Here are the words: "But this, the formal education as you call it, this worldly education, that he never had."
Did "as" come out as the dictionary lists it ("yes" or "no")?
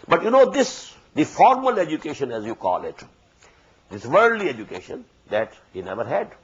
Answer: yes